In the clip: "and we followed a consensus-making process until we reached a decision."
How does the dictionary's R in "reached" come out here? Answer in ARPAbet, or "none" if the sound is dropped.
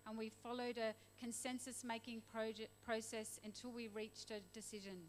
R